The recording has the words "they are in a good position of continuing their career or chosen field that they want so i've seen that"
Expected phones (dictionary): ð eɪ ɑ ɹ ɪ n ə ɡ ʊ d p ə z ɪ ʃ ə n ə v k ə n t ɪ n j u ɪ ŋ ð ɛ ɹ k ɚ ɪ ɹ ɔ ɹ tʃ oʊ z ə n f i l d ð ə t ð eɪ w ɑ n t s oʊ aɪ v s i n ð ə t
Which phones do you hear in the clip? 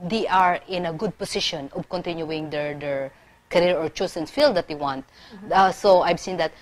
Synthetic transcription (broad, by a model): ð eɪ ɑ ɹ ɪ n ə ɡ ʊ d p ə s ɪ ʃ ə n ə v k ə n t ɪ n j u ɪ ŋ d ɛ ɹ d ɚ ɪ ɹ ɔ ɹ tʃ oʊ s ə n f i l d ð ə t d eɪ w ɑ n t s oʊ aɪ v s i n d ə t